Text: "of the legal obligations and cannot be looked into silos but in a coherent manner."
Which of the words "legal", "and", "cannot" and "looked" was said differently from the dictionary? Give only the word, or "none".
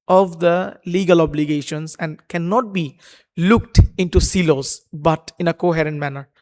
none